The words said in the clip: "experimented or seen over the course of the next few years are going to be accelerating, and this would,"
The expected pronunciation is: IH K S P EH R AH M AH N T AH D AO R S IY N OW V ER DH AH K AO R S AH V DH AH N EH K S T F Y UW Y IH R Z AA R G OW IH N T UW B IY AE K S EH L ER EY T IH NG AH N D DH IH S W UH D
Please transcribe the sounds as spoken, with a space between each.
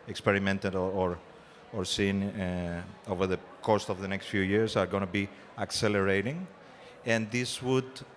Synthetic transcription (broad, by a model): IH K S P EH R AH M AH N T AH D AO R S IY N OW V ER DH AH K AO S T AH V DH AH N EH K S T F Y UW Y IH R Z AA R G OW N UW B IY AE K S EH L ER EY T IH NG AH N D DH IH S W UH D